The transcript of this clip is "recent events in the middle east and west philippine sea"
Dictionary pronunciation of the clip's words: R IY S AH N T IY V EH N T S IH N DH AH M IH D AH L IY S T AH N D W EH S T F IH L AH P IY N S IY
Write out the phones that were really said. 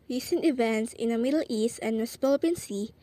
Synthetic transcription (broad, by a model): R IY S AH N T IY V EH N T S IH N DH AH M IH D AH L IY S T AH N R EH S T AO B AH IY N S IY